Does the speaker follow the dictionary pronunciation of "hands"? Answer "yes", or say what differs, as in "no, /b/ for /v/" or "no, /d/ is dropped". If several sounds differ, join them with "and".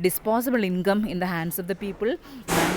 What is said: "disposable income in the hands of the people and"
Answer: no, /s/ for /z/